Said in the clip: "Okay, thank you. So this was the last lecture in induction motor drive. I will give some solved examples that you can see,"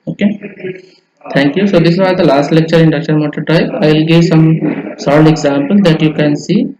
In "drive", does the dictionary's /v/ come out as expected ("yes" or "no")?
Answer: no